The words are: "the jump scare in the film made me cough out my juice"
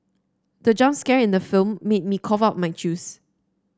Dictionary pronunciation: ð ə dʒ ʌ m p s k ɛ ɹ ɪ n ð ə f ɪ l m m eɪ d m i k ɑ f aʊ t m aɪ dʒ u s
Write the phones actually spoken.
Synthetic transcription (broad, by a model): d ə dʒ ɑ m s k ɛ ɹ ɪ n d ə f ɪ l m m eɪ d m i k ɑ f aʊ t m aɪ tʃ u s